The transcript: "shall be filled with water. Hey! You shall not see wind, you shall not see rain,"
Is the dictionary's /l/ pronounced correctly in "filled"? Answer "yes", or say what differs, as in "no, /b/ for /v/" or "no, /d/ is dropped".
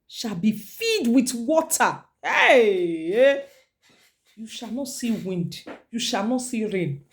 no, /l/ is dropped